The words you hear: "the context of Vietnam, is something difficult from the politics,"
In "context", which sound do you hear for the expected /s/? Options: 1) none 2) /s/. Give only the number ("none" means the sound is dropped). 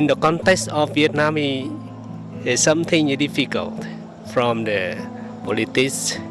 2